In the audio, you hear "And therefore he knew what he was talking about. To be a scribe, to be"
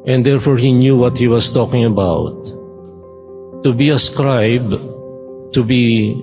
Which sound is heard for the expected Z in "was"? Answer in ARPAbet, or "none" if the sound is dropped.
S